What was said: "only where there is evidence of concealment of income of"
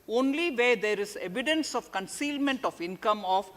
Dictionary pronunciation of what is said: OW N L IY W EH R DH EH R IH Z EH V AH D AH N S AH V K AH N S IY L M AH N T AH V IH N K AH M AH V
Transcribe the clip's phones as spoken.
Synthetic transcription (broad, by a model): OW N L IY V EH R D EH R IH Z EH V AH D AH N S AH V K AH N S IY L M AH N T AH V IH N K AH M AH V